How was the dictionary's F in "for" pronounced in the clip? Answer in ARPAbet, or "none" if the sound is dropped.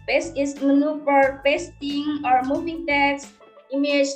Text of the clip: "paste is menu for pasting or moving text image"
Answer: P